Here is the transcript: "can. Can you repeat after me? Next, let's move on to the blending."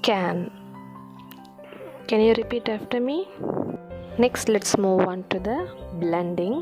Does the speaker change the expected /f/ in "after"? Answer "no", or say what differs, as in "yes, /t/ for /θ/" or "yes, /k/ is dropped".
no